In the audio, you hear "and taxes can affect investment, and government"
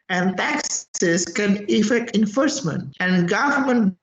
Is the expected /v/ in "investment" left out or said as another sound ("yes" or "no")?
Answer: yes